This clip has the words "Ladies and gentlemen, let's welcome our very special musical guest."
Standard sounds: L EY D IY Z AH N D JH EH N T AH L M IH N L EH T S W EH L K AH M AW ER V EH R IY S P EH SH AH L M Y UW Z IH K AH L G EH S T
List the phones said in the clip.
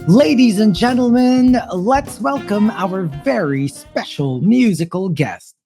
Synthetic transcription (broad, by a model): L EY D IY Z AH N JH EH N T L M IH N L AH T S W EH L K AH M AW ER V EH R IY S P EH SH L M Y UW Z IH K AH L G EH S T